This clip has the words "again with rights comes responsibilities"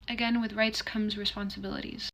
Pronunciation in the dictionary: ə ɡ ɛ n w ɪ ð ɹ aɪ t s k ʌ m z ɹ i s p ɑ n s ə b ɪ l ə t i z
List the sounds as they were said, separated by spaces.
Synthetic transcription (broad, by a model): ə ɡ ɛ n w ɪ ð ɹ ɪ t s k ʌ m z ɹ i s p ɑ n s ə b ɪ l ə t i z